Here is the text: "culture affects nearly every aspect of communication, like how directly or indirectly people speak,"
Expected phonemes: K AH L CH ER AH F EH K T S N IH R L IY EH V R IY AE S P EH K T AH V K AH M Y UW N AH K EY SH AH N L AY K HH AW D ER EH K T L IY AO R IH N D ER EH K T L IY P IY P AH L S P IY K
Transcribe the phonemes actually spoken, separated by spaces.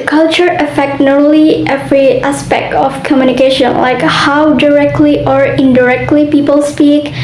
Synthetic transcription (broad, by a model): K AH L CH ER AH F EH K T N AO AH L IY EH V R IY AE S P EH K T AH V K AH M Y UW N AH K EY SH AH N L AY K HH AW D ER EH K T L IY AO R IH N D ER EH K T L IY P IY P AH L S P IY K